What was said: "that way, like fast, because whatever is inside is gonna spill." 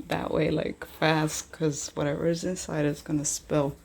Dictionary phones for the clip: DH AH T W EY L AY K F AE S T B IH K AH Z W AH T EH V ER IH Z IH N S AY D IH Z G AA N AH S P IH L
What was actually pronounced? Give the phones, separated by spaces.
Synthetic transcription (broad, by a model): DH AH T W EY L AY K F AE S T K AH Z W AH T EH V ER IH Z IH N S AY D IH Z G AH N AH S P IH L